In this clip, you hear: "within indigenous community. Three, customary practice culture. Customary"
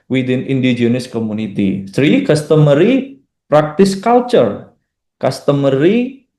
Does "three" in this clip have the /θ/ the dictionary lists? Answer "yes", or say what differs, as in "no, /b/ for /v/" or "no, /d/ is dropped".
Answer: no, /s/ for /θ/